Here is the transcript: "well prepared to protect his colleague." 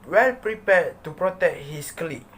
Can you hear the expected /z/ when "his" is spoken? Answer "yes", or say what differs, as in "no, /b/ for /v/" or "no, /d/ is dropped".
no, /s/ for /z/